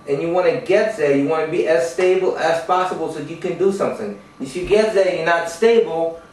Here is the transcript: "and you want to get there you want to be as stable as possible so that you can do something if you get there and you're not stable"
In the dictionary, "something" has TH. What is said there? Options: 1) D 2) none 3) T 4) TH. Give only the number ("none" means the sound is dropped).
4